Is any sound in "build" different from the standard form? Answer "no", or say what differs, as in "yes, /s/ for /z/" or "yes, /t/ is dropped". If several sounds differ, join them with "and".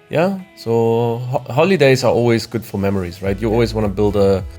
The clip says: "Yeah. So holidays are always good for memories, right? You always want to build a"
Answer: no